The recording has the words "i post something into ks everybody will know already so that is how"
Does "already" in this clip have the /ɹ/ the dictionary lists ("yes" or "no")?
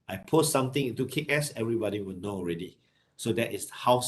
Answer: yes